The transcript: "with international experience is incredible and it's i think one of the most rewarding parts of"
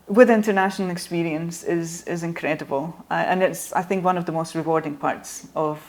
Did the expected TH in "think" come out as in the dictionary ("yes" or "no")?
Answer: yes